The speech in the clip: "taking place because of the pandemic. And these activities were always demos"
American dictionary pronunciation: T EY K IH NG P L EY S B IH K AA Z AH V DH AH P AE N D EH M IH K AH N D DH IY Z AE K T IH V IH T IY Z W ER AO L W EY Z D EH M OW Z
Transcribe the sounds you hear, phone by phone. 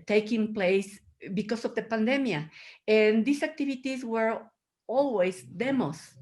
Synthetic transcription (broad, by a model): T EY K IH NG P L EY S B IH K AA S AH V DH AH P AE N D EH M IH AH N D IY S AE K T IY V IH T IY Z W ER AO L W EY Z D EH M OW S